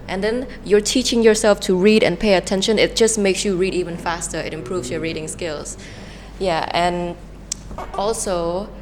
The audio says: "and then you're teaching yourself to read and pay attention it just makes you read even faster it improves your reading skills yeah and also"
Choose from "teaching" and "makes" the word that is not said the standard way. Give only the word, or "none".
none